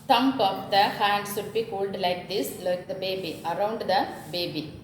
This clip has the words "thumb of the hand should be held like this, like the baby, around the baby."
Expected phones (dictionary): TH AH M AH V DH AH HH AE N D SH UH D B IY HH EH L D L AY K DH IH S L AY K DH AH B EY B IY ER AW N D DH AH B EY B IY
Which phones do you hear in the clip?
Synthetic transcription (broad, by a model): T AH M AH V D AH HH AE N D S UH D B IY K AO L D L AY K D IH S L AY K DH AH B EY B IY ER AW N D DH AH B EY B IY